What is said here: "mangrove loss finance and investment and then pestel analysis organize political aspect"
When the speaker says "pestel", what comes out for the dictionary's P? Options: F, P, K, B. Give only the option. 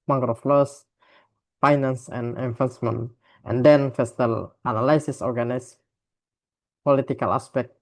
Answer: F